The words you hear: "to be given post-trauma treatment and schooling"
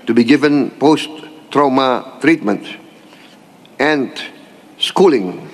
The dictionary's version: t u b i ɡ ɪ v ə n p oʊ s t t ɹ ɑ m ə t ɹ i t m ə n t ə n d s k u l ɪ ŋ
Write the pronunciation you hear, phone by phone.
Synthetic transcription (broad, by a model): t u b i ɡ ɪ v ə n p oʊ s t t ɹ ɑ m ə t ɹ i t m ə n t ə n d s k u l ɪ ŋ